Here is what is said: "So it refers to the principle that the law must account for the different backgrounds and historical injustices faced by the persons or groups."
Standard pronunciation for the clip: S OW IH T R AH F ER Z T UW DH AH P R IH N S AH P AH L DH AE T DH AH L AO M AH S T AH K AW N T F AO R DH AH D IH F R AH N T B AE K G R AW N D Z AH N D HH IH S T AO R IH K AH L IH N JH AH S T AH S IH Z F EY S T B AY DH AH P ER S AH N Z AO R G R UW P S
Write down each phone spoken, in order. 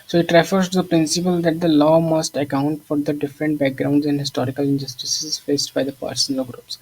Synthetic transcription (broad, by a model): S OW IH T R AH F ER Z T UW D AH P R IH N S AH P AH L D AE T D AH L AO M AH S T AH K AW N T F AO R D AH D IH F R AH N T B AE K G R AW N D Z AH N D HH IH S T AO R IH K AH L IH N JH AH S T AH S IH Z F EY S T B AY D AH P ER S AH N AH L G R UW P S